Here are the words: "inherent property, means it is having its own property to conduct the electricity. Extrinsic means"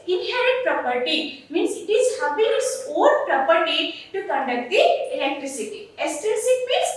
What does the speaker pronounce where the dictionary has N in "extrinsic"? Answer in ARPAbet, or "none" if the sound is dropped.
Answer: none